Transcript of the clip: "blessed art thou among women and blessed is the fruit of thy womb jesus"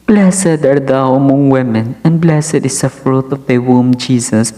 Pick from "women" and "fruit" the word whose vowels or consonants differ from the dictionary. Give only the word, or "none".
none